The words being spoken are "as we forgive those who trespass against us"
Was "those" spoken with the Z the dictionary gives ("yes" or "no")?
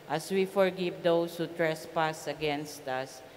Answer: no